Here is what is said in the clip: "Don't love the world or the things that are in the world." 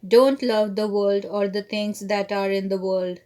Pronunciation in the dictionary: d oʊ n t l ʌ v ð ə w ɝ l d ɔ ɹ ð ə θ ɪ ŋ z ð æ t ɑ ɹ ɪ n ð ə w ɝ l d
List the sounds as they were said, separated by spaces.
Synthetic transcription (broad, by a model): d oʊ n t l ʌ v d ə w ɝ l d ɔ ɹ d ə t ɪ ŋ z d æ t ɑ ɹ ɪ n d ə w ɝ l d